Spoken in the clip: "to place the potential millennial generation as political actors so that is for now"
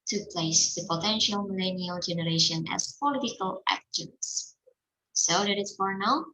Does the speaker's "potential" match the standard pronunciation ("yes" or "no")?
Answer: yes